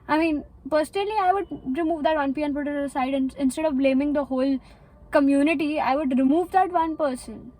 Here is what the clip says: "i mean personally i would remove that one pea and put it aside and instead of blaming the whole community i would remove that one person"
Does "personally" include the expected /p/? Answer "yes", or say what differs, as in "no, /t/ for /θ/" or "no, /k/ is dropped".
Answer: yes